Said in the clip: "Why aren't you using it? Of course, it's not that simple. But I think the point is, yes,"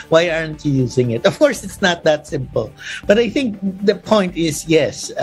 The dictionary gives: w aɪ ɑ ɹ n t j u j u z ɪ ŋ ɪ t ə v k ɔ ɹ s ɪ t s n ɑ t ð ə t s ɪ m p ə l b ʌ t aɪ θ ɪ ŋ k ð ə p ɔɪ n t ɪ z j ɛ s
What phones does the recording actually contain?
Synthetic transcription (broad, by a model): w aɪ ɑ ɹ n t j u j u z ɪ ŋ ɪ t ə v k ɔ ɹ s ɪ t s n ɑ t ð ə t s ɪ m p ə l b ʌ t aɪ θ ɪ ŋ k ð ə p ɔɪ n t ɪ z j ɛ s